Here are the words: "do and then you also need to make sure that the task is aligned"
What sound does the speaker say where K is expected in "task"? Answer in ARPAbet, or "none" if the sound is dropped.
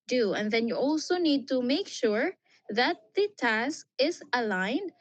K